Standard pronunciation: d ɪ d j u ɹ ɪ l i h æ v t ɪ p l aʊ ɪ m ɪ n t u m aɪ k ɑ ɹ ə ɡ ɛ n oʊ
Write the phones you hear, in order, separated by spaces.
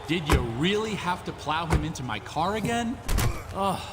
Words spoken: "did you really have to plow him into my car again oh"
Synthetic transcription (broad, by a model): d ɪ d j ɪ ɹ ɪ l i h æ f t ɪ p l aʊ ɪ m ɪ n t u m aɪ k ɑ ɹ ə ɡ ɛ n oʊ